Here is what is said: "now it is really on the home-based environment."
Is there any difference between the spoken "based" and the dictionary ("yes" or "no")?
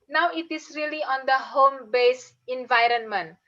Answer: yes